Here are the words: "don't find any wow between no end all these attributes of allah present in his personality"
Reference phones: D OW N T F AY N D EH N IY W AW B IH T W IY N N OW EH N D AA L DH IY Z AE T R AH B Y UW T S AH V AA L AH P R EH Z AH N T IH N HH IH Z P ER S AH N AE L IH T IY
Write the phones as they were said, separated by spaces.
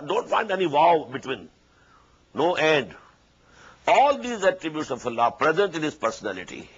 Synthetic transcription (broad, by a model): D OW N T F AY N D EH N IY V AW B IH T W IY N N OW EH N D AA L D IY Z AE T R AH B Y UW T S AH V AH L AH P R EH Z AH N T IH N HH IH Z P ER S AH N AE L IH T IY